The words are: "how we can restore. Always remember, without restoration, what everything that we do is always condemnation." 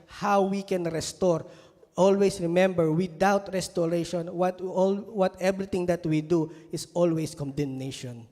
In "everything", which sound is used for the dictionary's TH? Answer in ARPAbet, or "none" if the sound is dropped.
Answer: T